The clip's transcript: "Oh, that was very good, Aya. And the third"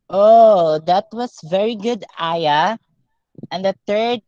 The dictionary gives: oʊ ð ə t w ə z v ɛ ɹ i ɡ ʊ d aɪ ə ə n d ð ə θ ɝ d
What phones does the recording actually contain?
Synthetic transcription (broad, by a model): oʊ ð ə t w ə s v ɛ ɹ i ɡ ʊ d aɪ ə ə n d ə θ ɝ d